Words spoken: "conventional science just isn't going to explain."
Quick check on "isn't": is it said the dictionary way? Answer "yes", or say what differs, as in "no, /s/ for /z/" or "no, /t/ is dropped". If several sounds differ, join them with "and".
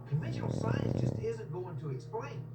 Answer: yes